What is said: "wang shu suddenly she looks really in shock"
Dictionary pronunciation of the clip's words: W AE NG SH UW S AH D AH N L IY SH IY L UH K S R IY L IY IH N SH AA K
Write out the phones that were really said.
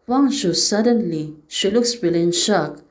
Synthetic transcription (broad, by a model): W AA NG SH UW S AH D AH N L IY SH IY L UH K S W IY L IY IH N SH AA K